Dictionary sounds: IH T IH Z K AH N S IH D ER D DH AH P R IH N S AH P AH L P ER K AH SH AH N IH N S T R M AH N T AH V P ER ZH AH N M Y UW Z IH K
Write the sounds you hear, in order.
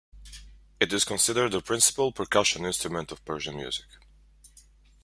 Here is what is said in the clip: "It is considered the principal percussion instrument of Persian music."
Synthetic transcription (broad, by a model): IH T IH Z K AH N S IH D ER D DH AH P R IH N S AH P AH L P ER K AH SH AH N IH N S T R M AH N T AH V P ER ZH AH N M Y UW Z IH K